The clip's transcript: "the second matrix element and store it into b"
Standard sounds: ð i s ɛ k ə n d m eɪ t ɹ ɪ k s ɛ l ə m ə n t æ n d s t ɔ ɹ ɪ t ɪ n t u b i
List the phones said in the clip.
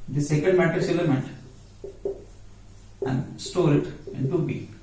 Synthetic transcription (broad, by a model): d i s ɛ k ə n d m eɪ t ɪ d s ɛ l ə m ə n t æ n d s t ɔ ɹ ɪ t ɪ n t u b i